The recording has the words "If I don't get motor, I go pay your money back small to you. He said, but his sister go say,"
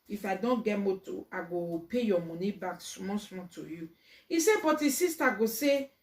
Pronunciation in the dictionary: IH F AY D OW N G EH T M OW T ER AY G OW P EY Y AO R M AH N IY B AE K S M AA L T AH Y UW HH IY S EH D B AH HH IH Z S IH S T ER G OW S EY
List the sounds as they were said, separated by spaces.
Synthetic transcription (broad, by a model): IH F AY D OW N G EH T M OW T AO AY G OW P EY Y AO M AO N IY B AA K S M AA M T AH Y UW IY S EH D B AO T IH S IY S T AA G OW S EY